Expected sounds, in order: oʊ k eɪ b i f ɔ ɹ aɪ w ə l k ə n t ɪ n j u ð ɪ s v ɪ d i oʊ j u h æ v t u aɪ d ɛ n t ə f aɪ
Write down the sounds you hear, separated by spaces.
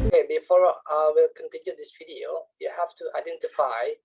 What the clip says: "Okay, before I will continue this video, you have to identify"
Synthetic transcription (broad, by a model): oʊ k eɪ b i f ɔ ɹ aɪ w ə l k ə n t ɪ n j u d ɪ s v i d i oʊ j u h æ f t u aɪ d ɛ n t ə f aɪ